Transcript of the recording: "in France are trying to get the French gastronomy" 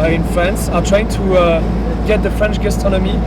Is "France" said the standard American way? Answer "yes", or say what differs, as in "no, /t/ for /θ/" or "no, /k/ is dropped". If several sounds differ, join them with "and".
yes